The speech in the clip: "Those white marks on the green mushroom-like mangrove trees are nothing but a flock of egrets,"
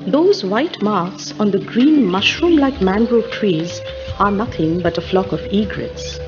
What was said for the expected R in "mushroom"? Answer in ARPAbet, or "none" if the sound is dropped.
R